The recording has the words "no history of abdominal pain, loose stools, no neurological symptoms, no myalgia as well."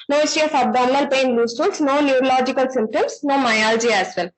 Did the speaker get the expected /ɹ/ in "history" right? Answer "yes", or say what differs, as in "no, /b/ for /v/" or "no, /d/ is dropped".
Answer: no, /ɹ/ is dropped